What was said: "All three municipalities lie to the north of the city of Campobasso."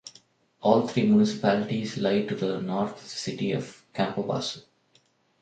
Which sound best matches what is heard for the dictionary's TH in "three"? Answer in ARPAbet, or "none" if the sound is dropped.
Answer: T